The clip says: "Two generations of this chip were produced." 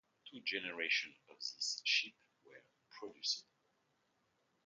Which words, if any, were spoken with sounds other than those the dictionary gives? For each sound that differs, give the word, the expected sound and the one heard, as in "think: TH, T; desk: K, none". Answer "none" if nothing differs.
generations: Z, none; chip: CH, SH